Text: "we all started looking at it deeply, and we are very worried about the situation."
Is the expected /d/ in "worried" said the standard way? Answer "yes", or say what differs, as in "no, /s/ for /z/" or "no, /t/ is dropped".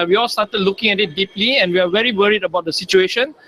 yes